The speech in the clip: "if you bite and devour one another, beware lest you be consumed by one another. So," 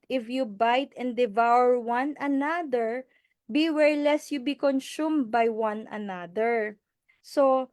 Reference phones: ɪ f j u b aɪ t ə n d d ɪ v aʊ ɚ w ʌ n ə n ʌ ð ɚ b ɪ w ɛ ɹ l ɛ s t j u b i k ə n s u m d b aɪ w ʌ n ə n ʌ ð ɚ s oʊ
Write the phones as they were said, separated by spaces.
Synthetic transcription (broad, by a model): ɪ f j u b aɪ t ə n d d ɪ v aʊ ɚ w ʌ n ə n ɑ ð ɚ b ɪ w ɛ ɹ l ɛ s j u b i k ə n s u m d b aɪ w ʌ n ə n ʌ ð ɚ s oʊ